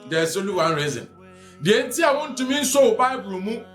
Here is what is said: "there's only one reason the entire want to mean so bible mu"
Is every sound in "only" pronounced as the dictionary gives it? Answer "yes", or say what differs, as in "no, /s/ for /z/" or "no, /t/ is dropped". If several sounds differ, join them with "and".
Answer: no, /n/ is dropped